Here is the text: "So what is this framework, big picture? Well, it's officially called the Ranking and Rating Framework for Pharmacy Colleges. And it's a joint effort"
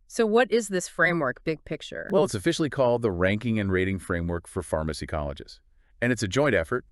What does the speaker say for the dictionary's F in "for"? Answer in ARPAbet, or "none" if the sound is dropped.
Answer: F